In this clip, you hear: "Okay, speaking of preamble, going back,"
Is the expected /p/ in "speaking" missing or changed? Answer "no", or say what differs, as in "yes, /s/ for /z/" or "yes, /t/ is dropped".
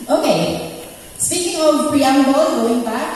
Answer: yes, /p/ is dropped